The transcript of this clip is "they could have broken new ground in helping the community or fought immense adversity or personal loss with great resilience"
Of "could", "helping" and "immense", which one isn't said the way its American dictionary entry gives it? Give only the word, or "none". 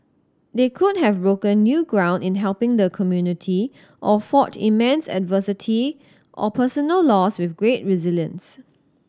none